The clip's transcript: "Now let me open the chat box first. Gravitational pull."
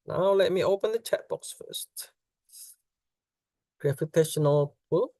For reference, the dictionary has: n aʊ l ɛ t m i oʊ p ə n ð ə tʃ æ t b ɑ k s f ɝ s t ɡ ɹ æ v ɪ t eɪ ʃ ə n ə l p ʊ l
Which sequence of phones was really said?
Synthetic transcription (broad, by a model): n aʊ l ɛ t m i oʊ p ə n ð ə tʃ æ t b ɑ k s f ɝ s t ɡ ɹ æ f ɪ t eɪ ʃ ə n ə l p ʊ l